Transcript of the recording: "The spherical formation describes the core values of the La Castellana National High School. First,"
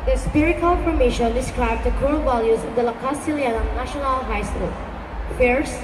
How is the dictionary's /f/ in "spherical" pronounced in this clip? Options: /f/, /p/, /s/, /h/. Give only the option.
/p/